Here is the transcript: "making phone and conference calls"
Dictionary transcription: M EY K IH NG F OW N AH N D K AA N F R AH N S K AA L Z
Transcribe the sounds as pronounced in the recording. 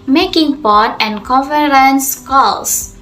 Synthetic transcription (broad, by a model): M EY K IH NG P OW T AH N D K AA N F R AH N S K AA L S